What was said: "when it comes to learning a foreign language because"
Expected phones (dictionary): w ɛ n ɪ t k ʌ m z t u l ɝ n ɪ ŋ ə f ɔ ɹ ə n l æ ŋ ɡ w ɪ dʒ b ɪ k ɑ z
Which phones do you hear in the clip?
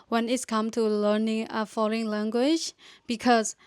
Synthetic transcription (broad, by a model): w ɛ n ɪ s k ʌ m t u l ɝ n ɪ ŋ ə f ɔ l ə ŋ l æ ŋ ɡ w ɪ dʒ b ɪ k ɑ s